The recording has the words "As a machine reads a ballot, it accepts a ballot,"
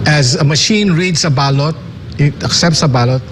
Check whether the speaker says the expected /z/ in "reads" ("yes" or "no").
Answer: no